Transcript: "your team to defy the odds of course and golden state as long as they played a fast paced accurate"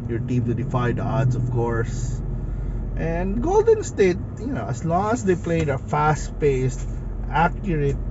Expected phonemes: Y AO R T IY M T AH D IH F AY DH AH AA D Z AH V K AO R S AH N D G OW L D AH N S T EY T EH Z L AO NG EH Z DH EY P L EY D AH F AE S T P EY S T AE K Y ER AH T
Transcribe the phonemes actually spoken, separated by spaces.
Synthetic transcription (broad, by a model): Y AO R T IY M T AH D IH F AY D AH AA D S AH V K AO R S AH N D G OW L D AH N S T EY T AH S L AO NG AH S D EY P L EY D AH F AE S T P EY S T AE K Y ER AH T